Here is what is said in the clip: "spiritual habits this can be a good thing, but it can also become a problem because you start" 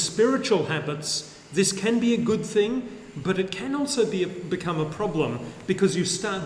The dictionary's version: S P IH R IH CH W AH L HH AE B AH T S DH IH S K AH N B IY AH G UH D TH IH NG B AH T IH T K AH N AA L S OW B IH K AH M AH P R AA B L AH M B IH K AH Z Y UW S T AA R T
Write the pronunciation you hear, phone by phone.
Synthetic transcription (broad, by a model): S P IH R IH CH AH L HH AE B AH T S DH IH S K AH N B IY AH G UH D TH IH NG B AH T IH T K AH N AA L S OW B IH K AH M AH P R AA B L AH M B IH K AH Z Y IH S T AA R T